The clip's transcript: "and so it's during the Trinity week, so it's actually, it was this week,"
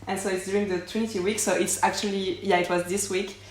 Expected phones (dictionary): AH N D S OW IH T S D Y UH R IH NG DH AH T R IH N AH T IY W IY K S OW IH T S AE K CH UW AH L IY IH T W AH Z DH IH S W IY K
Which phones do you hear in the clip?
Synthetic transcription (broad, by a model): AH N S OW IH T S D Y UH R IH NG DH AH T W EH N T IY W IY K S OW IH T S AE K CH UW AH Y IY IH T W AH Z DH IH S W IY K